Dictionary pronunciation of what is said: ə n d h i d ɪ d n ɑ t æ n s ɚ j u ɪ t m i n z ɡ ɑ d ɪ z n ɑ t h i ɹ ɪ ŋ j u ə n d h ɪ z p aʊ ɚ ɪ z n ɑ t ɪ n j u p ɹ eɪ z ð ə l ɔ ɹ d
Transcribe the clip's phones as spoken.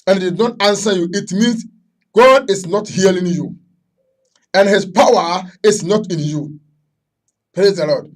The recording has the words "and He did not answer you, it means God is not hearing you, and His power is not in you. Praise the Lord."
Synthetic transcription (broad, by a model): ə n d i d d n ɑ t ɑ n s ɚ j u ɪ t m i n s ɡ ɑ d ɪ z n ɑ t h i l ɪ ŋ j u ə n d h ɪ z p aʊ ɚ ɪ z n ɑ t ɪ n j u p ɹ eɪ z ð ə l ɔ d